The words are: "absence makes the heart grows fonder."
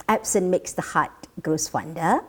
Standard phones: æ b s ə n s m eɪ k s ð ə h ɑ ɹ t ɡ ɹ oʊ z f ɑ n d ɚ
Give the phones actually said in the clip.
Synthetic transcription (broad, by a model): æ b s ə n m eɪ k s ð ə h ɑ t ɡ oʊ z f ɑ n d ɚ